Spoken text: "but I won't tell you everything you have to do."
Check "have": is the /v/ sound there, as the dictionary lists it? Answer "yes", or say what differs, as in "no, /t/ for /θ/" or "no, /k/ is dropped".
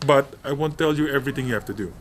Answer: no, /f/ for /v/